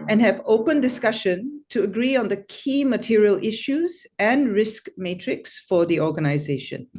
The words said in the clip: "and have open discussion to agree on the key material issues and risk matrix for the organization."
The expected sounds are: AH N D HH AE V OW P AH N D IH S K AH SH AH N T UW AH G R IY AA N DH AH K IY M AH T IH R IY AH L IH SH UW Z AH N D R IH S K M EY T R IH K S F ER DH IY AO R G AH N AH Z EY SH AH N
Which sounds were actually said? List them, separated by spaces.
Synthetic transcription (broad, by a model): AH N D HH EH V OW P AH N D IH S K AH SH AH N T UW AH G R IY AA N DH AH K IY M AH T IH R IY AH L IH SH UW Z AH N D R IH S K M EY T R IH K S F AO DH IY AO G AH N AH Z EY SH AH N